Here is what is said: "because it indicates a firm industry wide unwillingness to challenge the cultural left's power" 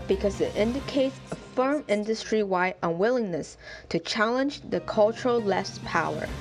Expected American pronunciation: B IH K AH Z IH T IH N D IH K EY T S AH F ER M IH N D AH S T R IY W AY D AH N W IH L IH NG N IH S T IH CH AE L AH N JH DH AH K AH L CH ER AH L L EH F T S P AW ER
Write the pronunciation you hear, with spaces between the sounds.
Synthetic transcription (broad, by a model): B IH K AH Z IH T IH N D IH K EY T S AH F ER M IH N D AH S T R IY W AY D AH N W IH L IH NG N IH S T IH CH AE L AH N JH DH AH K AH L CH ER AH L L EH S P AW ER